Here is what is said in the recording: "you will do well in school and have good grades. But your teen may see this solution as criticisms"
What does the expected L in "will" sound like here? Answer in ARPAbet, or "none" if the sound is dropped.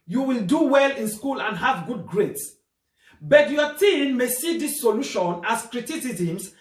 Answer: L